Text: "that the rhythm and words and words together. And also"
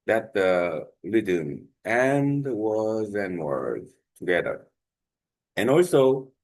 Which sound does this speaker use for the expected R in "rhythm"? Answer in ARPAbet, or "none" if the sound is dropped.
L